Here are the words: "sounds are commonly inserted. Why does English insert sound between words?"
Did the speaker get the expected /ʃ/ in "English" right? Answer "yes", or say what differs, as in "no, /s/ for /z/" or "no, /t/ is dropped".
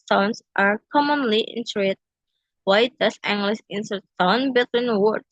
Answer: no, /s/ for /ʃ/